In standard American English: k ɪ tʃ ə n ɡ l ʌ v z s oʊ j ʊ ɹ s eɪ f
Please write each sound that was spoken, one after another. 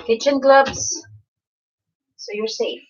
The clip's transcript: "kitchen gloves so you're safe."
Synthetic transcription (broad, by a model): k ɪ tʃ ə n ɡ l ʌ b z s oʊ j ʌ ɹ s eɪ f